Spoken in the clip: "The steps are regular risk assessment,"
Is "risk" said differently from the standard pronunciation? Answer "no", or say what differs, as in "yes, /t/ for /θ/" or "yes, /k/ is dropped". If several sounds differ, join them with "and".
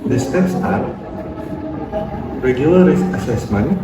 yes, /k/ is dropped